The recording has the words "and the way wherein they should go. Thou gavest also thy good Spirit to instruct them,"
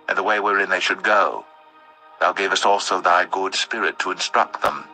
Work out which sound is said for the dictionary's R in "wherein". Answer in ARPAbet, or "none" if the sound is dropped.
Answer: R